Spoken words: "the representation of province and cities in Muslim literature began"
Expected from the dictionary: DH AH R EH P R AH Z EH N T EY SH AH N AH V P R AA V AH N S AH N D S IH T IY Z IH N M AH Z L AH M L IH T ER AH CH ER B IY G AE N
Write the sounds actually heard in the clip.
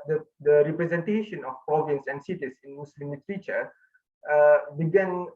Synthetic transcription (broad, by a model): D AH R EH P R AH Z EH N T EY SH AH N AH F P R AA V AH N S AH N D S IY T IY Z IH N M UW S L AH M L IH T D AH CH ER B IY G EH N